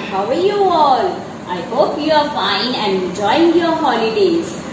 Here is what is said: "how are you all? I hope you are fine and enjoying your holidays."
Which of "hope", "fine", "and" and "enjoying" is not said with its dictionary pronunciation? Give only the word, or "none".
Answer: enjoying